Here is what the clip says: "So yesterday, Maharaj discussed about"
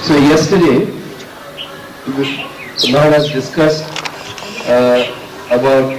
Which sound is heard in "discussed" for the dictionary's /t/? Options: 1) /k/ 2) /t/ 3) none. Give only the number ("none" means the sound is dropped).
2